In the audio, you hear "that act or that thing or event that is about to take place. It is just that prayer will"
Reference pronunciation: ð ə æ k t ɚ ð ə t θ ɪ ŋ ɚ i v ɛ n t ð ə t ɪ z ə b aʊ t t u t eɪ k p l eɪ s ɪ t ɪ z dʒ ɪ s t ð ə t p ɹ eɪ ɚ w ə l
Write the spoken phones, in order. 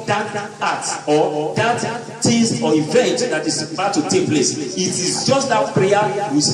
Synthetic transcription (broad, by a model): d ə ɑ t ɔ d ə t t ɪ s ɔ i v ɛ n t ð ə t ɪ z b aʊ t t u t eɪ k p l eɪ s ɪ t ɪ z dʒ ɪ s t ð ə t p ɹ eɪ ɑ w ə